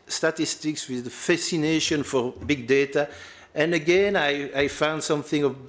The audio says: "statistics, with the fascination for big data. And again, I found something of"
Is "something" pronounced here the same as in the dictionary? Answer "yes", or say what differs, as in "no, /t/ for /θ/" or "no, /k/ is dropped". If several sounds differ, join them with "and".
yes